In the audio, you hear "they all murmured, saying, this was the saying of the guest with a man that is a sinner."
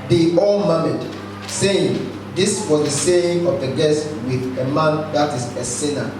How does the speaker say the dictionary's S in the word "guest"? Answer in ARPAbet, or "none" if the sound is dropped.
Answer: S